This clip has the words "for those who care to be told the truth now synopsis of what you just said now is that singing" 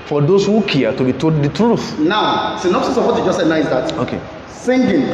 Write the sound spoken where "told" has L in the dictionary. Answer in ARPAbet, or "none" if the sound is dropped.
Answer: none